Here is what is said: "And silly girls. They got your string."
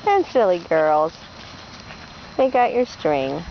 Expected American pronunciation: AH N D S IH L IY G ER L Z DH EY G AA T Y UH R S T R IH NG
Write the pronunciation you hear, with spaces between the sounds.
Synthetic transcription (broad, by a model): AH N S IH L IY G ER L Z DH EY G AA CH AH R S T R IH NG